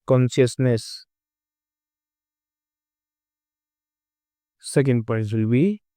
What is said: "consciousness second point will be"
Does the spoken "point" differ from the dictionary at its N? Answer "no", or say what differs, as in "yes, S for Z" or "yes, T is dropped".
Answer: yes, N is dropped